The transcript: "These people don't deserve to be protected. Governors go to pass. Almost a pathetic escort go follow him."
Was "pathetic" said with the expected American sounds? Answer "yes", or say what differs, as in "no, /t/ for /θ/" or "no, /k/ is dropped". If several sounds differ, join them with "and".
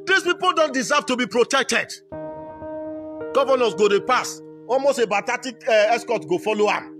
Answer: no, /b/ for /p/ and /t/ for /θ/